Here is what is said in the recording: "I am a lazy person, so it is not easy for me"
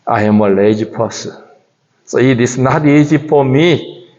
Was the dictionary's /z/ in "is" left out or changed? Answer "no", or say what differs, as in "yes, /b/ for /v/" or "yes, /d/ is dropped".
yes, /s/ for /z/